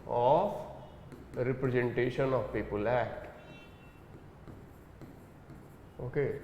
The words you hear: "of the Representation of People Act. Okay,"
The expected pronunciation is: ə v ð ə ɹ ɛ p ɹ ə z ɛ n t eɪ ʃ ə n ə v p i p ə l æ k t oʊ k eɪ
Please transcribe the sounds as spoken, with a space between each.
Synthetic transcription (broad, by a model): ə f ɹ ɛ p ɹ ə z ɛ n t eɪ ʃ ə n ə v p i p ə l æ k oʊ k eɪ